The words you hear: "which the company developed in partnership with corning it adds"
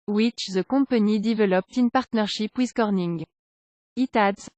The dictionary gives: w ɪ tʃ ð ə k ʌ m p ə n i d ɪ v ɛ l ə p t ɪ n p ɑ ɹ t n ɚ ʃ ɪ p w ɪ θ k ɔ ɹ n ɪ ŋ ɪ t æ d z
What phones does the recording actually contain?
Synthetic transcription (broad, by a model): w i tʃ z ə k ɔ p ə n i d ɪ v ɛ l ə p t ɪ n p ɑ ɹ t n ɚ ʃ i p w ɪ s k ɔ ɹ n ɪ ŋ ɪ t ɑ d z